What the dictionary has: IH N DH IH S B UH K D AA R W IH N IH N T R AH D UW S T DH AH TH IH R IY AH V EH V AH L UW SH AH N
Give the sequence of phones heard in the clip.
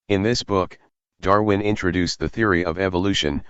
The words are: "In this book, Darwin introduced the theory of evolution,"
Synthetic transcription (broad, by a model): IH N DH IH S B UH K D AA R W IH N IH N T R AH D UW S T DH AH TH IH R IY AH V EH V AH L UW SH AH N